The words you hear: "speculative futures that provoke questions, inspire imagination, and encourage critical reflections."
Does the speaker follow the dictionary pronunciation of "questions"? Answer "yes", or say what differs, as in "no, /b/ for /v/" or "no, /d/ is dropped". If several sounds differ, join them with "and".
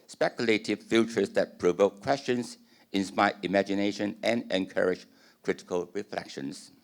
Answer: no, /s/ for /z/